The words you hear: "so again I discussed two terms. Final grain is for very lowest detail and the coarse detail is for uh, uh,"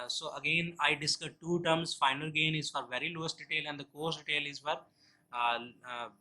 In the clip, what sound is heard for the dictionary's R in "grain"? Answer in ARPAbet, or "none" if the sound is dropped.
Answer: none